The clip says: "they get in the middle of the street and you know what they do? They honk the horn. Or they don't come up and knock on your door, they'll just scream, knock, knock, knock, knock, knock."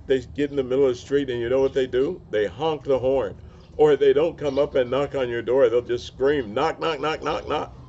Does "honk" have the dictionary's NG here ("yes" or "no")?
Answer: yes